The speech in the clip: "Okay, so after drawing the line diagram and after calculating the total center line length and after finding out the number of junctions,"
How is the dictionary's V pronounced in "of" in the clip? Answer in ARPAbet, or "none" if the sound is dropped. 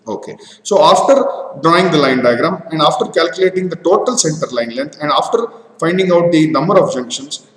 B